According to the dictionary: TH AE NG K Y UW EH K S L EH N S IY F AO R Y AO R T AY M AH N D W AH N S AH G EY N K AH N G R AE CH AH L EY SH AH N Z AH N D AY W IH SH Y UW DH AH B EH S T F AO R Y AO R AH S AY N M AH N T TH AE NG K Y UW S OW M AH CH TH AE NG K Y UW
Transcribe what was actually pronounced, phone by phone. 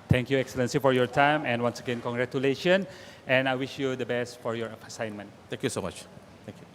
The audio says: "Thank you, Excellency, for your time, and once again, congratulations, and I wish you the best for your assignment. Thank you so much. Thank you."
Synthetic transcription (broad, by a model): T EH NG K Y UW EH K S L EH N S IY F AO R Y AO R T AY M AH N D W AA N S AH G EY N K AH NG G R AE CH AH L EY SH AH N AH N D AY W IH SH Y UW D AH B EH S T F AO R Y AO R AH S AY N M AH N T T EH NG K Y UW S OW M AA CH T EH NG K Y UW